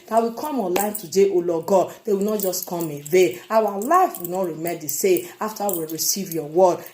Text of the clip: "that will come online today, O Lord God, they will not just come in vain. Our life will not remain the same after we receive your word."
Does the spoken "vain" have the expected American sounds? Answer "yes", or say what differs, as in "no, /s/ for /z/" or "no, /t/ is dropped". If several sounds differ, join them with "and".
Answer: no, /n/ is dropped